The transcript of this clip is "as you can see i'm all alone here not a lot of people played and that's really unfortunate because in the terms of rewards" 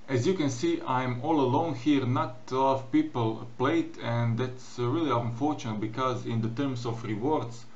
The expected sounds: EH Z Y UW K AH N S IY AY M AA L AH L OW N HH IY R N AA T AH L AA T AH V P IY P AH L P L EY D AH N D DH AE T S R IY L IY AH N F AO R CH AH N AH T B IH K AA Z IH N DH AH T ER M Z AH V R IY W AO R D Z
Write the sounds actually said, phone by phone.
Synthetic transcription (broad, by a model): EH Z Y UW K AH N S IY AY M AA L AH L OW N HH IY R N AA T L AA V P IY P AH L P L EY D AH N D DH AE T S R IY L IY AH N F AO R CH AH N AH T B IH K AA Z IH N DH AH T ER M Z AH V R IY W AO R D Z